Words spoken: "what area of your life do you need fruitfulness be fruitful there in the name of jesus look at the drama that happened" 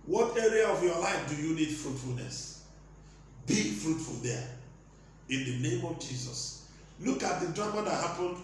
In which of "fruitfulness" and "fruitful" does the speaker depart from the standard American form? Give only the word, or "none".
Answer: none